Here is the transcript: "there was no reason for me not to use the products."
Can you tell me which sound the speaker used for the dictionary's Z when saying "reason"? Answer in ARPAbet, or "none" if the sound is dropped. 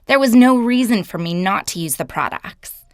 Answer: Z